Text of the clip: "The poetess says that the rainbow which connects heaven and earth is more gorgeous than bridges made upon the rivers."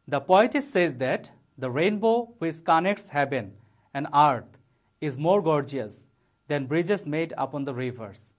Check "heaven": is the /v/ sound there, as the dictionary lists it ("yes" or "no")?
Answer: no